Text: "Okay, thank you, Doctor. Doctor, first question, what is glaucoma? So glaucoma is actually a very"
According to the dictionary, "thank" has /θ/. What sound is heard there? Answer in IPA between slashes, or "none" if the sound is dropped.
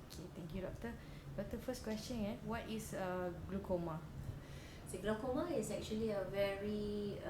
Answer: /t/